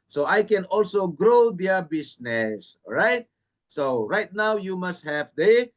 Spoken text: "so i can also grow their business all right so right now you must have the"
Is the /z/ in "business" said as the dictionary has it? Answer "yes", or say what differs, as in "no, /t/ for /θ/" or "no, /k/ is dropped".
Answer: no, /s/ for /z/